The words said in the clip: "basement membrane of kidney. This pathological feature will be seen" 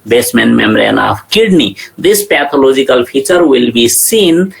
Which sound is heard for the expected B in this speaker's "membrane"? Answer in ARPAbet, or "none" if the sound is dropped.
none